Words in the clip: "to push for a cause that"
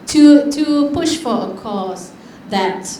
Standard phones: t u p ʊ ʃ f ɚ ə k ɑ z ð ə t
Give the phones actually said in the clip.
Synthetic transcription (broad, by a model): t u p ʊ ʃ f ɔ ə k ɑ s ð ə t